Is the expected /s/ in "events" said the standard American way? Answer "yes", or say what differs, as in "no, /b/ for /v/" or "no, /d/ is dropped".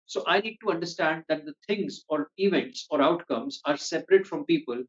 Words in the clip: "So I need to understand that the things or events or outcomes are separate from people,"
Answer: yes